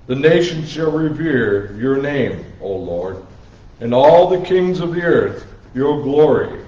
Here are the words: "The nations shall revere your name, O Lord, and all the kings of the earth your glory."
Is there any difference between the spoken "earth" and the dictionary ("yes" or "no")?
no